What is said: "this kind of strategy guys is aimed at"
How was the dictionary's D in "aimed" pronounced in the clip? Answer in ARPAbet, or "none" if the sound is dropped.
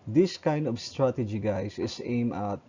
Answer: none